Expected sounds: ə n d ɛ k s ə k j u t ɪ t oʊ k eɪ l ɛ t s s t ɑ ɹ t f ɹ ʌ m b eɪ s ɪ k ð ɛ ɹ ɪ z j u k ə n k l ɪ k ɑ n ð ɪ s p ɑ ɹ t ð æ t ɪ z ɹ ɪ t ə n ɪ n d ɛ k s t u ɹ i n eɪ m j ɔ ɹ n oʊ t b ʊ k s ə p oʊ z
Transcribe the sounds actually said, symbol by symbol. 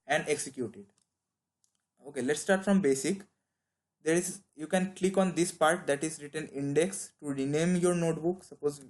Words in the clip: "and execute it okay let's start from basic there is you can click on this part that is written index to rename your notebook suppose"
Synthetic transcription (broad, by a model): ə n d ɛ k s ə k j u t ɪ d oʊ k eɪ l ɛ t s s t ɑ ɹ t f ɹ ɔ m b eɪ s ɪ k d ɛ ɹ ɪ z j u k ə n k l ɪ k ɑ n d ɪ s p ɑ ɹ t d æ t ɪ z ɹ ɪ t ə n ɪ n d ɛ k s t u ɹ i n eɪ m j ɔ ɹ n oʊ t b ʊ k s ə p oʊ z